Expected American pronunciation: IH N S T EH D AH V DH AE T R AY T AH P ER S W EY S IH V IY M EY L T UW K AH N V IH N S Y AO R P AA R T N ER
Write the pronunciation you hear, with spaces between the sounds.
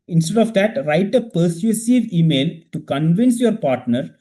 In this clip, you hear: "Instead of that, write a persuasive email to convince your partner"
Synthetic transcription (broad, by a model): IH N S T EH D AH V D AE T R AY T AH P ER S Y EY S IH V IY M EY L T UW K AH N V IH N S Y AO R P AA R T N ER